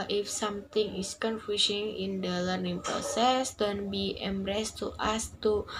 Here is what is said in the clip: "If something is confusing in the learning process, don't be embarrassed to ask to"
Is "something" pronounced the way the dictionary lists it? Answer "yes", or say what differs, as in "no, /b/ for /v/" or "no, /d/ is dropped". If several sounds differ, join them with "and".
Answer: no, /t/ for /θ/